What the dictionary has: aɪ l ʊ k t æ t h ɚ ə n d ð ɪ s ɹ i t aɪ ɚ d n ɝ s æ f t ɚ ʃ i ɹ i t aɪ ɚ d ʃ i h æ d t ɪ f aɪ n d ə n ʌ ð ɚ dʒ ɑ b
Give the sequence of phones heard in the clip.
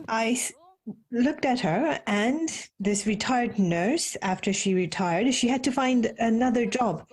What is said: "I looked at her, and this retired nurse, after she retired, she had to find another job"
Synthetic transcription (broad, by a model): aɪ l ʊ k t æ t h ɚ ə n ð ɪ s ɹ i t aɪ ɚ d n ɝ s æ f t ɚ ʃ i ɹ i t aɪ ɚ d ʃ i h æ d t ɪ f aɪ n d ə n ʌ ð ɚ dʒ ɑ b